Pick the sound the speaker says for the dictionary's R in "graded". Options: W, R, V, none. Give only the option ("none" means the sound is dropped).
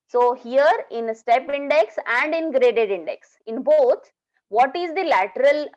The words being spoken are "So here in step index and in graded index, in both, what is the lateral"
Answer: R